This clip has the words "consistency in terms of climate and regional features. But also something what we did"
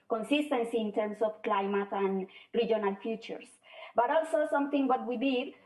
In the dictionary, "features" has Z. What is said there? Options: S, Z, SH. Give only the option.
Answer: S